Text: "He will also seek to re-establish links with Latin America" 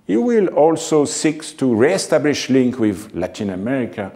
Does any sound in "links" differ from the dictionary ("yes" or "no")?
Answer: yes